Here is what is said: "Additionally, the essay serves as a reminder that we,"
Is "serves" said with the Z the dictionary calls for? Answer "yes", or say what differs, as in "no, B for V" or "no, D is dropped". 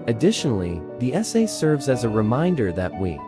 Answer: yes